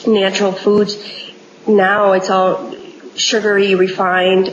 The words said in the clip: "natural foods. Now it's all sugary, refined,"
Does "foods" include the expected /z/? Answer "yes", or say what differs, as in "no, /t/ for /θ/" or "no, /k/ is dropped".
no, /z/ is dropped